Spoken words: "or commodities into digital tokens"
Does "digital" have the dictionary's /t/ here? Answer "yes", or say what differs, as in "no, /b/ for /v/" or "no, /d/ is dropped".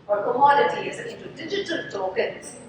yes